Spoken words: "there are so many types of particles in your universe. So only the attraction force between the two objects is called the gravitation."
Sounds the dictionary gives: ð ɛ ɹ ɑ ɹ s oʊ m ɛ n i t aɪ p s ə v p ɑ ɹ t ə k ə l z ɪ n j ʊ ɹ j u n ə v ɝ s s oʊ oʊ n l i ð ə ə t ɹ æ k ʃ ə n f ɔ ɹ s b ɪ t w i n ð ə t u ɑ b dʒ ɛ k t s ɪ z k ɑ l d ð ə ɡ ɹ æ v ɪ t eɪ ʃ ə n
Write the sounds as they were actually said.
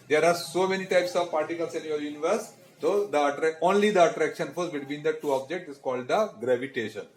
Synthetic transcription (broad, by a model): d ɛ ɹ ɑ ɹ s oʊ m ɛ n i t aɪ p s ə v p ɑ ɹ t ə k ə l s ɪ n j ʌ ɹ j u n ə v ɝ s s oʊ oʊ n l i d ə ə t ɹ æ k ʃ ə n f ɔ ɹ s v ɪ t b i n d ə t u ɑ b dʒ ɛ k t ɪ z k ɑ l d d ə ɡ ɹ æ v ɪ t eɪ ʃ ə n